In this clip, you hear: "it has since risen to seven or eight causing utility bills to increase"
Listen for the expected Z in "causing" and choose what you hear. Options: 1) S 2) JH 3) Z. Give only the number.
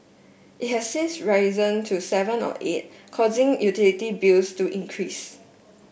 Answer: 3